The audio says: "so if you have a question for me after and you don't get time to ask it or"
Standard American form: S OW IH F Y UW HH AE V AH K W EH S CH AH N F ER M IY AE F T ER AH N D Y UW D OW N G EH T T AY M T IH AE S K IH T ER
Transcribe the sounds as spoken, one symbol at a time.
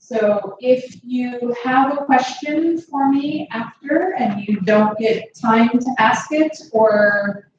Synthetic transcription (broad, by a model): S OW IH F Y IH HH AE V AH K W EH S CH AH N F ER M IY AE F T ER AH N Y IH D OW N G EH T T AY M T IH AE S K IH T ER